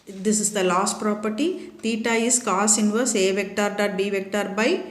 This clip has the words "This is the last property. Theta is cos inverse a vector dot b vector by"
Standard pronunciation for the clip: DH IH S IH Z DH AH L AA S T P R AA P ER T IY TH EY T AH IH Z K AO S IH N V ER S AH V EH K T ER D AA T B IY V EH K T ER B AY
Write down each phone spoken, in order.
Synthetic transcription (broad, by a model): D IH S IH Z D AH L AA S T P R AA P ER T IY T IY T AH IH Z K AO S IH N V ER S AH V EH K T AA D AA T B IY V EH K T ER B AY